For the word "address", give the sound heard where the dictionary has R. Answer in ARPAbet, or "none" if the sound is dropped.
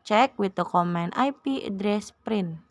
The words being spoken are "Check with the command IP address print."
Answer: R